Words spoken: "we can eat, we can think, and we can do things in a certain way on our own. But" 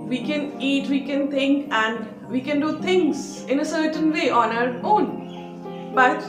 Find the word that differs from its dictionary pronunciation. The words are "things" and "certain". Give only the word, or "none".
things